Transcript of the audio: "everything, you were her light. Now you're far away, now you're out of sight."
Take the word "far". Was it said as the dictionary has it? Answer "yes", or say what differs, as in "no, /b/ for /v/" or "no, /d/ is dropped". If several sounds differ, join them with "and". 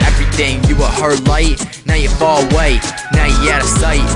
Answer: no, /l/ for /ɹ/